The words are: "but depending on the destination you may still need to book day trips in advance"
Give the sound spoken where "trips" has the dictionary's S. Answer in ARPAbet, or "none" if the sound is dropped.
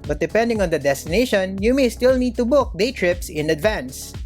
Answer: S